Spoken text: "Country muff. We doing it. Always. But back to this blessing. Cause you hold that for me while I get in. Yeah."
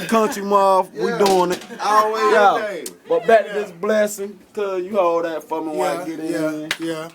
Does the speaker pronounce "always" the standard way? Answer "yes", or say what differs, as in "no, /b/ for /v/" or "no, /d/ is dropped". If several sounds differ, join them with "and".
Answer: no, /z/ is dropped